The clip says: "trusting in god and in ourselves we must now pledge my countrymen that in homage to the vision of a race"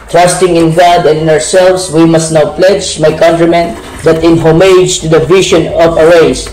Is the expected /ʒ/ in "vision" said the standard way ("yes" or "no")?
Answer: no